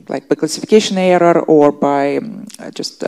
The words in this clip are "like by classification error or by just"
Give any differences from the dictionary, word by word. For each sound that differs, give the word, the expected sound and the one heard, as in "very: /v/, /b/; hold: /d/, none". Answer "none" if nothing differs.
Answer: none